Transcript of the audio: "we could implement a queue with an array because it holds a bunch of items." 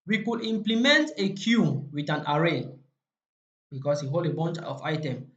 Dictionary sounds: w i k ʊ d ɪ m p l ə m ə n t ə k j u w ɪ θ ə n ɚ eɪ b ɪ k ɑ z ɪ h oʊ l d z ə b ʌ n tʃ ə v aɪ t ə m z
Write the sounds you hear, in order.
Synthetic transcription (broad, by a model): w i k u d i m p l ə m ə n t ə k j u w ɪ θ ə n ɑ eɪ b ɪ k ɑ s ɪ h oʊ l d ə b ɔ n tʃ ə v aɪ t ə m